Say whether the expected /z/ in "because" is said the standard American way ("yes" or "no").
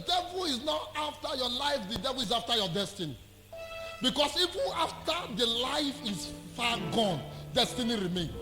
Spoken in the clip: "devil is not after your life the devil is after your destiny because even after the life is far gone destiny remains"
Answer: no